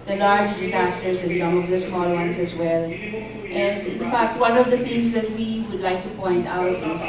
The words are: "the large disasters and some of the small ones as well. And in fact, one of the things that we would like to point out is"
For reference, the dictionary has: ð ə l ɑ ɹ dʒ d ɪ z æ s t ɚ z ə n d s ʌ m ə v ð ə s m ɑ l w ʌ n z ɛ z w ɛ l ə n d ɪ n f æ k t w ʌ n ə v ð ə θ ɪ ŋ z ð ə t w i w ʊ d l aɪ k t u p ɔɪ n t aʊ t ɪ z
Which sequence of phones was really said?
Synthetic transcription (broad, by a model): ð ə l ɑ ɹ dʒ d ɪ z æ s t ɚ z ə n s ʌ m ə v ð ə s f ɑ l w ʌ n s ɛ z w ɛ l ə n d ɪ n f æ k t w ʌ n ə v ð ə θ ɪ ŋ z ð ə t w i w ʊ d l aɪ k t u p ɔɪ n t aʊ t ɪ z